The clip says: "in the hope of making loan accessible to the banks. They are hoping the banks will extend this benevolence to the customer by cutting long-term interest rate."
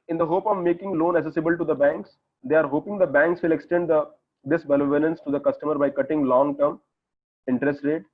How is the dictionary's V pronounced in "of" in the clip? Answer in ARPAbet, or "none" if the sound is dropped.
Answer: V